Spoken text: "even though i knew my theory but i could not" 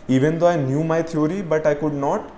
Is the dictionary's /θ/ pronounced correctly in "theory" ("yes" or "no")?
no